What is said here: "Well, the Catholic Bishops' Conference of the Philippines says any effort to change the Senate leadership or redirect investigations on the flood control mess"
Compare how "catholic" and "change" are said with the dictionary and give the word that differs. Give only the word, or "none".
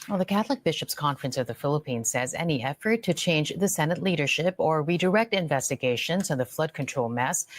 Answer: none